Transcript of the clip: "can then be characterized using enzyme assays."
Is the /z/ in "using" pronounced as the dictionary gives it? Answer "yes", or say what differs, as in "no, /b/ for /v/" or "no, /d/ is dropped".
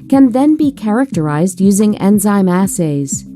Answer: yes